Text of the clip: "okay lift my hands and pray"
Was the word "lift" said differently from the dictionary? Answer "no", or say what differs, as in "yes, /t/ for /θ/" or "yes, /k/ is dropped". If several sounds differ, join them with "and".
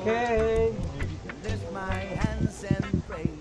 yes, /f/ is dropped